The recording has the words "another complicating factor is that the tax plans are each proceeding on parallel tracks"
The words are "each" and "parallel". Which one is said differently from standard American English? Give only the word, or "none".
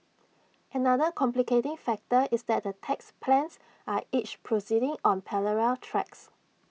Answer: parallel